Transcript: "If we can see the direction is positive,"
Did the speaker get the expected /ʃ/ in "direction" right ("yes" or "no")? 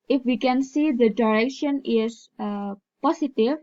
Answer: yes